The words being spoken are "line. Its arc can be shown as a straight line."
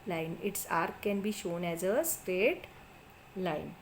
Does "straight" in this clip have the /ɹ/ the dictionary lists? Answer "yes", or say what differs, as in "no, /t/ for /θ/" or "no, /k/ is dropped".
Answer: yes